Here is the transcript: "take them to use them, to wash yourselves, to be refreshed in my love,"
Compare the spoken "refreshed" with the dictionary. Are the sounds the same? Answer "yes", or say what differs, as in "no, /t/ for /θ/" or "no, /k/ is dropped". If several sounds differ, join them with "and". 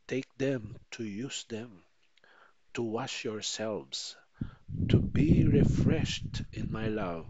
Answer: yes